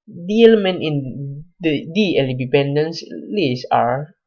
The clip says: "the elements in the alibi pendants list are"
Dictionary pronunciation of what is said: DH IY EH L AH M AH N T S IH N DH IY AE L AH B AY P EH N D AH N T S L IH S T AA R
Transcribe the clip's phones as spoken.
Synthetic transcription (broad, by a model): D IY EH L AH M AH N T IH N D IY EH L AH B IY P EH N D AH N S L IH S AA R